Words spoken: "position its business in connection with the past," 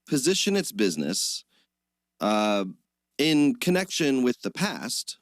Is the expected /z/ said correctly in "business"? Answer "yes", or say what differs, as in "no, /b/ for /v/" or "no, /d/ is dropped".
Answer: yes